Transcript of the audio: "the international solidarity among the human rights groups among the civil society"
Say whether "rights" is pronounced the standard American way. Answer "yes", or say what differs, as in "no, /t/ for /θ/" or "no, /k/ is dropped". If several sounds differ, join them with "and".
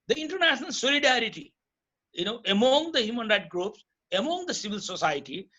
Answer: no, /s/ is dropped